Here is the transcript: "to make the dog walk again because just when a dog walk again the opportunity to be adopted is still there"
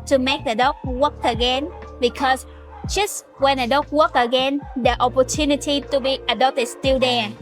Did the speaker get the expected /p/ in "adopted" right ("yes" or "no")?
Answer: no